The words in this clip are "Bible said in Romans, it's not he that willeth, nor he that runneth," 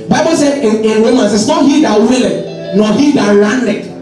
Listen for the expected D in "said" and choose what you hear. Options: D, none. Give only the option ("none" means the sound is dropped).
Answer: none